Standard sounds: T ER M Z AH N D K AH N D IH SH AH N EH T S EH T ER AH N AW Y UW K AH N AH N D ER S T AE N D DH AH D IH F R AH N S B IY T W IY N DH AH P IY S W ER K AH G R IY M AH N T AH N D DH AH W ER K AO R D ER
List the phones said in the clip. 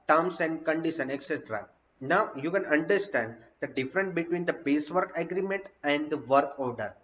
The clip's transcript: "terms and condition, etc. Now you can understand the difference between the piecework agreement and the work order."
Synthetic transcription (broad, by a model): T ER M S AH N D K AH N D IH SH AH N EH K S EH T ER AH N AW Y UW K AH N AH N D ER S T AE N D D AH D IH F R AH N S B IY T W IY N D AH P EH S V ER K AH G R IY M AH N T AH N D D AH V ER K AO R D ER